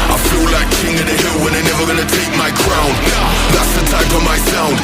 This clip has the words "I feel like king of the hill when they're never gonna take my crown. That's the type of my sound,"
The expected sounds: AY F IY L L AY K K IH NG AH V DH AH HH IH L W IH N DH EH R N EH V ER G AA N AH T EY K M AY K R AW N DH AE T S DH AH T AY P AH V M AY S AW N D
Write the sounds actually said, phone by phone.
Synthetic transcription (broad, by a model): AY F IY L L AY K K IH NG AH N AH HH IH L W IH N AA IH N EH V ER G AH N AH T EY K M AY K R AW N DH AE T S DH AH T AY F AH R M AY S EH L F